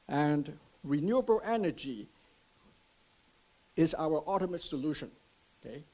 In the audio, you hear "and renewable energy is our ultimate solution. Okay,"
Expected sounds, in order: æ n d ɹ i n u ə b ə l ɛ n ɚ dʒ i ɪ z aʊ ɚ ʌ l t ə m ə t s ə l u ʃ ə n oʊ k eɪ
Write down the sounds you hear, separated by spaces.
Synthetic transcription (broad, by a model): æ n d ɹ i n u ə b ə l ɛ n ɚ dʒ i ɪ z aʊ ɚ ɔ t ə m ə t s ə l u ʃ ə n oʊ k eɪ